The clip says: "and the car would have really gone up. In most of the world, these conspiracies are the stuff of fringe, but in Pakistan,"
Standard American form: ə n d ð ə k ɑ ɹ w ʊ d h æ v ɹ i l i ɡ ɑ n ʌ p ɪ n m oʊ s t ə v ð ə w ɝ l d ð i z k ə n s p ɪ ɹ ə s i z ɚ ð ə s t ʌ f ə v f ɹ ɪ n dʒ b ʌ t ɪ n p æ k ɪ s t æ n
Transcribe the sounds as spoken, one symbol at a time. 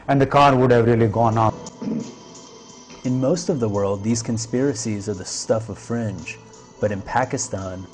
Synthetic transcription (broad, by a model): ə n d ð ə k ɑ ɹ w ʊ d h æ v ɹ i l i ɡ ɑ n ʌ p ɪ n m oʊ s t ə v ð ə w ɝ l d ð i z k ə n s p ɪ ɹ ə s i z ɚ ð ə s t ʌ f ə v f ɹ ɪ n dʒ b ʌ t ɪ n p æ k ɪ s t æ n